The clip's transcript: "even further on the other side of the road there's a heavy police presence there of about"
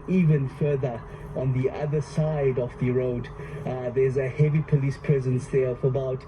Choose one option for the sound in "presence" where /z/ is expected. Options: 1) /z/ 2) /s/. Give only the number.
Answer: 1